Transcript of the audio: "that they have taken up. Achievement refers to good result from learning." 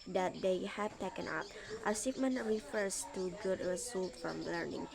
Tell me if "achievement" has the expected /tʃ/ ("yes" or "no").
no